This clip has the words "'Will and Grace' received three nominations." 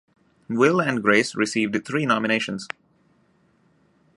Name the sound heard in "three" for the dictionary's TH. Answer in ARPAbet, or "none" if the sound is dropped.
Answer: T